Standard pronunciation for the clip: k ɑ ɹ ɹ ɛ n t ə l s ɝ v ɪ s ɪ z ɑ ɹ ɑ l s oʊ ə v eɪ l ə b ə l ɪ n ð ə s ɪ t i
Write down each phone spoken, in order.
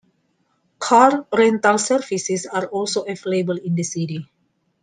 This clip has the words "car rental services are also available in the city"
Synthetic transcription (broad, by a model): k ɑ ɹ ɹ ɛ n t ə l s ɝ f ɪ s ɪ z ɑ ɹ ɑ l s oʊ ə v l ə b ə l ɪ n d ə s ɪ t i